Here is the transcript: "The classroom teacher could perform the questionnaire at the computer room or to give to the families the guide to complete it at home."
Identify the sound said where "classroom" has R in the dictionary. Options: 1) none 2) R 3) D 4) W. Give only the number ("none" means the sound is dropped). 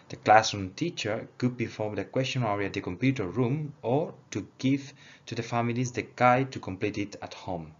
1